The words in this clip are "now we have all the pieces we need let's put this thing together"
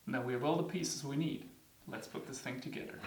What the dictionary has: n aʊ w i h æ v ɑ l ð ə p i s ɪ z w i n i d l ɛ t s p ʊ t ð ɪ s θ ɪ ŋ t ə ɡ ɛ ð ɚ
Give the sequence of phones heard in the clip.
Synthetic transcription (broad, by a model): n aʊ w i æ v ɑ l ð ə p i s ɪ z w i n i d l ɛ t s p ʊ t ð ɪ s θ ɪ ŋ t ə ɡ ɛ ð ɚ